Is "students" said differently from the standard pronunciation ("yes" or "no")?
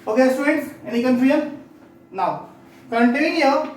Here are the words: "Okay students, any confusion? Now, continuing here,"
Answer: yes